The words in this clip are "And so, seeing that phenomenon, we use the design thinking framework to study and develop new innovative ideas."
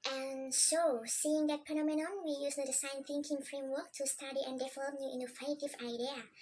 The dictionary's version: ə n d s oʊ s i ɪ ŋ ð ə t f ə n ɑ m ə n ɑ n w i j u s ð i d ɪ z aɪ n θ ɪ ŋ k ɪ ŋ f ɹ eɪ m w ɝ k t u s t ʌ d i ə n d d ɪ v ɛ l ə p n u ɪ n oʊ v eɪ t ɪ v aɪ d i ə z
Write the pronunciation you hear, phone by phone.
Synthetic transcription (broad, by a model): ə n s oʊ s i ɪ ŋ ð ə t p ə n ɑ m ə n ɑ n w i j u s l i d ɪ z aɪ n θ ɪ ŋ k ɪ ŋ f ɹ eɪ m w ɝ k t u s t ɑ d i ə n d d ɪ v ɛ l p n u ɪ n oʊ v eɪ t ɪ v aɪ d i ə